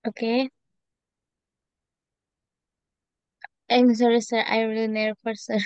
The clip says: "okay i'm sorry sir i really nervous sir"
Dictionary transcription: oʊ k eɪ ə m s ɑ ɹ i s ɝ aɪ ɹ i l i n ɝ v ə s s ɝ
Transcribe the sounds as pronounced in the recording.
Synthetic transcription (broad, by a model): oʊ k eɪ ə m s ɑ ɹ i s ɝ aɪ ɹ i l i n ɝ p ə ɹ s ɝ